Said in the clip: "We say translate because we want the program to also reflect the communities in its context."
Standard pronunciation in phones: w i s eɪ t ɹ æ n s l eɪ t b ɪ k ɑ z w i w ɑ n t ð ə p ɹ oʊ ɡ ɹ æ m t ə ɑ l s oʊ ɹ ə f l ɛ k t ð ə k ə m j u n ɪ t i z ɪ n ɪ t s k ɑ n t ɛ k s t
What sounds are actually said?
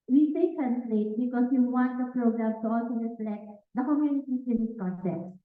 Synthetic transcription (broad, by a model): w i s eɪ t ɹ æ n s l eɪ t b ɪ k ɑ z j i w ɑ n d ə p ɹ oʊ ɡ ɹ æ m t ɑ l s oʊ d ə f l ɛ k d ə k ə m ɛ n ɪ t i s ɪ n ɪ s k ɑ n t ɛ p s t